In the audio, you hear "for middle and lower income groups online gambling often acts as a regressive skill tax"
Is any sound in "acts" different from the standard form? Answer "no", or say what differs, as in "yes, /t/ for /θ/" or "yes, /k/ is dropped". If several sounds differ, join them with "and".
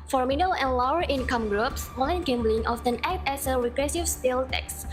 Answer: yes, /s/ is dropped